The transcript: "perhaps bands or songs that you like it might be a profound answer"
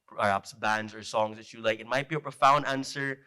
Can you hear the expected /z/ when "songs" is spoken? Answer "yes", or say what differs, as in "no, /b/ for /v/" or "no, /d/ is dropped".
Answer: yes